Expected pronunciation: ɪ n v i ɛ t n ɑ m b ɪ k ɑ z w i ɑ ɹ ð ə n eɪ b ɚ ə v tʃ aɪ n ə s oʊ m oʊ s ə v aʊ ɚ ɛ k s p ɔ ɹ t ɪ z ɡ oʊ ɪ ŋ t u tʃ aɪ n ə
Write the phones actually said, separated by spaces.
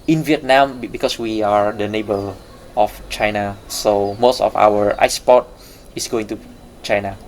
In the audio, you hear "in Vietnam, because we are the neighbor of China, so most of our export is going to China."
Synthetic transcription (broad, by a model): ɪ n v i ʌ t n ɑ m b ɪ k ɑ s w i ɑ ɹ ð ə n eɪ b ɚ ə f tʃ aɪ n ə s oʊ m oʊ s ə f aʊ ɚ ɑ s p ɔ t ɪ s ɡ oʊ ɪ ŋ t u tʃ aɪ n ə